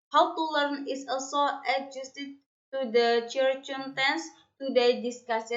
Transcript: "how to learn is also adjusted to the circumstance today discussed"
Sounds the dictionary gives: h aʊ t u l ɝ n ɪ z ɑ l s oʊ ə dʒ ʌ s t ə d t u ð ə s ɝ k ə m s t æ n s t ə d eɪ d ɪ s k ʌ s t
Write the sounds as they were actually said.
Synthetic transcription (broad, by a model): h aʊ t u l ɝ n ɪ s ɑ l s oʊ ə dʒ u s t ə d t u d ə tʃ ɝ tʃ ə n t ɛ n s t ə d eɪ d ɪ s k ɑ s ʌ